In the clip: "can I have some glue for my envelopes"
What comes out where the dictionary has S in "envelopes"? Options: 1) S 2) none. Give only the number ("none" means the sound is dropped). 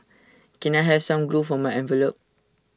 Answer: 2